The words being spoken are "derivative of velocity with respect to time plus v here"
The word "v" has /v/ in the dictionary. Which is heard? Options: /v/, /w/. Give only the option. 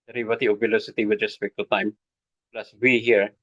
/w/